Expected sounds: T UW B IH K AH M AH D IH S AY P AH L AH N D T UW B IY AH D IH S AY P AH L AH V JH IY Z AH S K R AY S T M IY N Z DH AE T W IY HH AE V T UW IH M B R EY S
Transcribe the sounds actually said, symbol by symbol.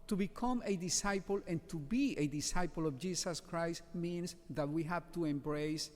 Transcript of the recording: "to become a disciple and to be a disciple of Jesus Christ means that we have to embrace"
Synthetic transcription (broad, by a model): T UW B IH K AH M AH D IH S AY P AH L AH N T UW B IY AH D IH S AY P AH L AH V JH IY S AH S K R AY S T M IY N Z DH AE T W IY HH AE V T UW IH M B R EY S